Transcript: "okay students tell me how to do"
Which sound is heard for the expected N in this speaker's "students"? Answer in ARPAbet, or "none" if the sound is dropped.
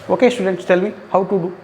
N